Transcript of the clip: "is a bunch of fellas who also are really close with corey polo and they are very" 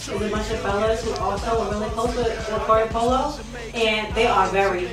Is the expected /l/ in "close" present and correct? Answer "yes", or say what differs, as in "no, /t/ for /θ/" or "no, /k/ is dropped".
no, /l/ is dropped